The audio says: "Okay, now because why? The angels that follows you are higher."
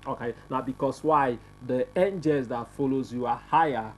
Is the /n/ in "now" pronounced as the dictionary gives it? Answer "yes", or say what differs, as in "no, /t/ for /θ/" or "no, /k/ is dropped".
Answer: yes